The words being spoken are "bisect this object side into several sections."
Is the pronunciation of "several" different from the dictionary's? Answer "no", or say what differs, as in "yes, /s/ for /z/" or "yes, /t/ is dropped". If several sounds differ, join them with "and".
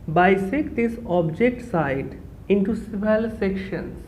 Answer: yes, /ɹ/ is dropped